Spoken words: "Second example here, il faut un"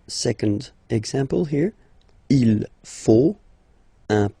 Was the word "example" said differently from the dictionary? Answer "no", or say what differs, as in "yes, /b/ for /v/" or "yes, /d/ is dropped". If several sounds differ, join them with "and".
no